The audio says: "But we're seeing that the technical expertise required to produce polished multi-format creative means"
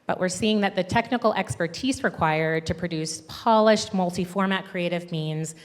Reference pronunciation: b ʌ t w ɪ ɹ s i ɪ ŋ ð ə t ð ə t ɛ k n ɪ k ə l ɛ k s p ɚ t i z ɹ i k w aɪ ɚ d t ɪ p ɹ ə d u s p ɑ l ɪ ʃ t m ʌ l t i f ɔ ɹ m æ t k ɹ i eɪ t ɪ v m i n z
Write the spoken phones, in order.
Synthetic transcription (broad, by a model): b ʌ t w ɪ ɹ s i ɪ ŋ ð ə t ð ə t ɛ k n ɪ k l ɛ k s p ɚ t i z ɹ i k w aɪ ɚ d t ɪ p ɹ ə d u s p ɑ l ɪ ʃ t m ʌ l t i f ɔ ɹ m æ t k ɹ i eɪ t ɪ v m i n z